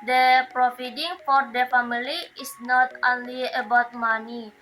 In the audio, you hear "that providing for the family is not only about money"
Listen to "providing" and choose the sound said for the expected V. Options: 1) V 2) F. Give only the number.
2